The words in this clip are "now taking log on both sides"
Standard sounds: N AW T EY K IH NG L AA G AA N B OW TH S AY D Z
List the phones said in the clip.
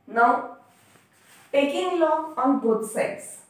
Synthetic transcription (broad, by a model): N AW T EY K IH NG L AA AA N B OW T S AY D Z